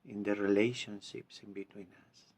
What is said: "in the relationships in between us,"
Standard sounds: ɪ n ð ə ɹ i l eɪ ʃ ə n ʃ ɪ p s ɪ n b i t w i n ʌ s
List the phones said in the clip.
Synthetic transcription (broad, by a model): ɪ n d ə ɹ i l eɪ ʃ ə n ʃ ɪ p s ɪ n b i t w i n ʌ s